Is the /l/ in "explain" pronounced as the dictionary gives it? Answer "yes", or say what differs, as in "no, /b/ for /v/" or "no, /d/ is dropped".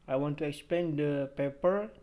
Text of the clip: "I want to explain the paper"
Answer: no, /l/ is dropped